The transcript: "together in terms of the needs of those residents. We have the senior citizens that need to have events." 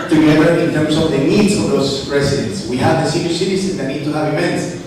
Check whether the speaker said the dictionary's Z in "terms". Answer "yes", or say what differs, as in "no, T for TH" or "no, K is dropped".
no, S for Z